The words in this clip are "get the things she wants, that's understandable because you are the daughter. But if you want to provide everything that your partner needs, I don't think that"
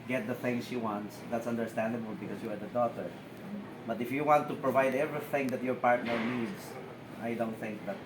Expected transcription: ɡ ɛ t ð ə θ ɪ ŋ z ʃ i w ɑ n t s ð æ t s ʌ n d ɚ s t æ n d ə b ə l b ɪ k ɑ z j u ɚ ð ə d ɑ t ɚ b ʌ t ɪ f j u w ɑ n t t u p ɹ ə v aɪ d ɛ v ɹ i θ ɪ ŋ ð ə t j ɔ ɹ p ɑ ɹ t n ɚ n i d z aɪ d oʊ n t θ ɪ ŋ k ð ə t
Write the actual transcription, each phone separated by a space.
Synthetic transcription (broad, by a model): ɡ ɛ t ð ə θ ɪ ŋ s ʃ i w ɑ n t s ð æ t s ʌ n d ɚ s t æ n d ə b ə l b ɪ k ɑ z j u ɚ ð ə d ɑ t ɚ b ʌ t ɪ f j u w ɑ n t t u p ɹ ə v aɪ d ɛ v ɹ i θ ɪ ŋ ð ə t j ɔ ɹ p ɑ ɹ t n ɚ n i d s aɪ d oʊ n t θ ɪ ŋ k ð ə t